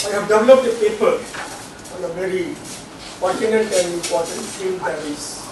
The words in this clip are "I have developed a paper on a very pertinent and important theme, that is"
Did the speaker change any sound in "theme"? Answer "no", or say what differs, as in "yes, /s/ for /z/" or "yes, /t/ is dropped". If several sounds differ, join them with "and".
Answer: yes, /s/ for /θ/